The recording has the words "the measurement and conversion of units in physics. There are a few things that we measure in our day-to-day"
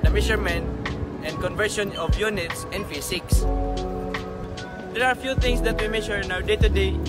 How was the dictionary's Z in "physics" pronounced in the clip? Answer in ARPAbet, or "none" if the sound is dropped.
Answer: S